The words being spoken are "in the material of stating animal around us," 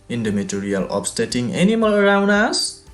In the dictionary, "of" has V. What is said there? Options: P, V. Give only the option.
P